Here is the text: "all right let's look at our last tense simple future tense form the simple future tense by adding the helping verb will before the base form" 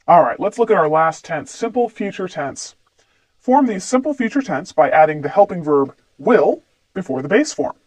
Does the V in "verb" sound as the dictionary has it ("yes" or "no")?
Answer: yes